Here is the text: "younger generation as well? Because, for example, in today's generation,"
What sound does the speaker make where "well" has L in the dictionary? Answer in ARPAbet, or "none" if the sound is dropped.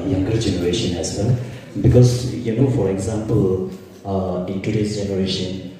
N